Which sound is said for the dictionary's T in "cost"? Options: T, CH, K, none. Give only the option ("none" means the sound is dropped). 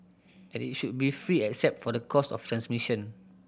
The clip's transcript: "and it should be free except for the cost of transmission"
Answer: none